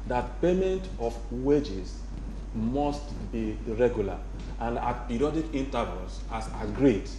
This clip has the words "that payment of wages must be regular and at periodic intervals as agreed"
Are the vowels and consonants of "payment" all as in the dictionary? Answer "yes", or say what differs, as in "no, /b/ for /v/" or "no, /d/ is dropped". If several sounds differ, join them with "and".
yes